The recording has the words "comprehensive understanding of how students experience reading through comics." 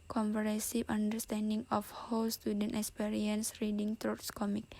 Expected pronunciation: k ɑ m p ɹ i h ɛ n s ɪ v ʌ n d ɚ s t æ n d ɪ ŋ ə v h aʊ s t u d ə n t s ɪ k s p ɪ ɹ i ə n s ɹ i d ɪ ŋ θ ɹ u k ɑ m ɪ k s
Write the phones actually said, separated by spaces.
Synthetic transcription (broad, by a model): k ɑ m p ɹ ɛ s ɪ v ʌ n d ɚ s t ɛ n d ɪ ŋ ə f h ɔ s t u d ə n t ɪ k s p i ɹ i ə n s ɹ i d ɪ ŋ t ɹ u k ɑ m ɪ k